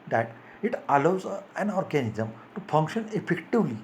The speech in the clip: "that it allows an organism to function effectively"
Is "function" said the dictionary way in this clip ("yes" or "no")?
yes